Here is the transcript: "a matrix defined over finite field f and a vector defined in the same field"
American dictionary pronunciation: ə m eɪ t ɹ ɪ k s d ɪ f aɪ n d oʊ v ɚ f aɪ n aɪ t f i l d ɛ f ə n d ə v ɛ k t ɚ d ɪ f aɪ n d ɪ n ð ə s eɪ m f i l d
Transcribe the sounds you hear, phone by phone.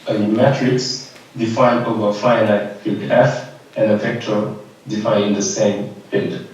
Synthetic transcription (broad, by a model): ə m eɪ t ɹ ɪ k s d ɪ f aɪ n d oʊ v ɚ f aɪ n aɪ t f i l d ɛ f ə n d ə p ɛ k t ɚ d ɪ f aɪ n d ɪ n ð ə s eɪ m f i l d